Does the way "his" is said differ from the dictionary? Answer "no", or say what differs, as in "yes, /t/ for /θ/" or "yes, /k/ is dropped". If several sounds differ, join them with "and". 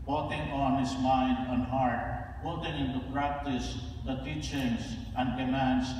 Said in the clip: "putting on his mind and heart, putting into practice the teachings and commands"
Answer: yes, /s/ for /z/